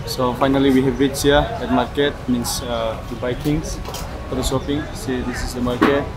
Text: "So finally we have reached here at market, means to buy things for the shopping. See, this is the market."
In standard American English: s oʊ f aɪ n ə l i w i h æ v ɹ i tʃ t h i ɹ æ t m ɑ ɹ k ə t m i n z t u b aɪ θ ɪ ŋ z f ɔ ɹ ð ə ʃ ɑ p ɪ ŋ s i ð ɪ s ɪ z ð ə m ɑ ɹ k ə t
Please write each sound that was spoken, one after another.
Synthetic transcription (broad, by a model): s oʊ f aɪ n ə l i w i h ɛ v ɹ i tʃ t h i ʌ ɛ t m ɑ ɹ k ə t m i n s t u b aɪ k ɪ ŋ f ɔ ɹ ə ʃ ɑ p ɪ ŋ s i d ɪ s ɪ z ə m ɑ ɹ k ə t